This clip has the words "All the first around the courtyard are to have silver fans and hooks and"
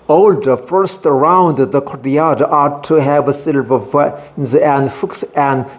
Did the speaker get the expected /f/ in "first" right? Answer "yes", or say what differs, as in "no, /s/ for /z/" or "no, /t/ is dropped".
yes